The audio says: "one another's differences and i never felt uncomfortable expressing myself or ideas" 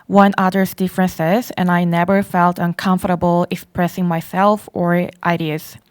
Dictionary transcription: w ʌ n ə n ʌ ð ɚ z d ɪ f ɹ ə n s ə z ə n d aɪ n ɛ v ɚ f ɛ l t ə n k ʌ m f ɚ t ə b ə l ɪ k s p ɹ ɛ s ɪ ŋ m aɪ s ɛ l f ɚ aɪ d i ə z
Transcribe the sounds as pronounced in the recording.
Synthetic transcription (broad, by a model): w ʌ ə n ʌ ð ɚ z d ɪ f ɹ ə n s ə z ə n aɪ n ɛ v ɚ f ɛ l t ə n k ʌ m f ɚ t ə b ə l ɪ k s p ɹ ɛ s ɪ ŋ m aɪ s ɛ l f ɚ aɪ d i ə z